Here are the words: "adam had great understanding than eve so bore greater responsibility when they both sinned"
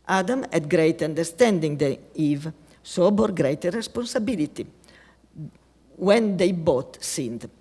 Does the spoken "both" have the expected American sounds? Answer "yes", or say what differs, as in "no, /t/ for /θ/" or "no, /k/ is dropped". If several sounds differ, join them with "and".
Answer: no, /t/ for /θ/